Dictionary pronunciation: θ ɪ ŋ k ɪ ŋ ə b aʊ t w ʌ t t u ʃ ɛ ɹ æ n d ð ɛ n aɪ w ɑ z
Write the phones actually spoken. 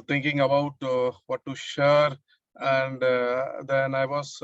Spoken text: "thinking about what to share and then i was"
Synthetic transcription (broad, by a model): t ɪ ŋ k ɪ ŋ ə b aʊ t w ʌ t t u ʃ ɛ ɹ æ n d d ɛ n aɪ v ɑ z